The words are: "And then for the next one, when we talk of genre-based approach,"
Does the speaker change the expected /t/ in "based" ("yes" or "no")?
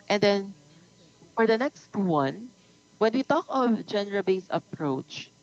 yes